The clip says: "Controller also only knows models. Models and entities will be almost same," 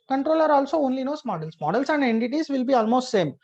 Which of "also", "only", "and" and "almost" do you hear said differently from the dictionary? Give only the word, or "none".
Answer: none